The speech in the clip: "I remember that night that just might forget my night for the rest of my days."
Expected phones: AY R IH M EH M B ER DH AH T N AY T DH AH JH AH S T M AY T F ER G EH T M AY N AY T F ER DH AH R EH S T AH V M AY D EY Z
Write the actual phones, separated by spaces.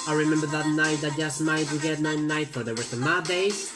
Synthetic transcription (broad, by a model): AY R IH M EH M B ER DH AH T N AY T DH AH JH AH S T M AY T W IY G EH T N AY N AY T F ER DH AH W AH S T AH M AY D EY